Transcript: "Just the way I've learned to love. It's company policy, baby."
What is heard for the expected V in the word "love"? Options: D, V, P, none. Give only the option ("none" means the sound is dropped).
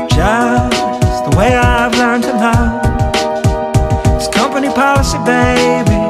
none